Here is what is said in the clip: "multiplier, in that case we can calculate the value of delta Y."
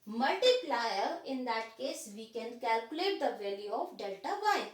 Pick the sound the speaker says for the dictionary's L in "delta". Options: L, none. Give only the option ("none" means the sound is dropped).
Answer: L